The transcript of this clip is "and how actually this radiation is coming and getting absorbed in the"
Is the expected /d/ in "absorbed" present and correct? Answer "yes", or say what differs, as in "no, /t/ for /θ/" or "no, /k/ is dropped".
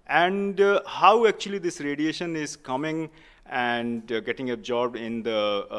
no, /d/ is dropped